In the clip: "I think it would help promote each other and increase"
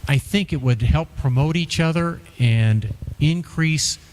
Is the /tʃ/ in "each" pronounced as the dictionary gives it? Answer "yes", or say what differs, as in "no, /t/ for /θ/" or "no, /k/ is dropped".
yes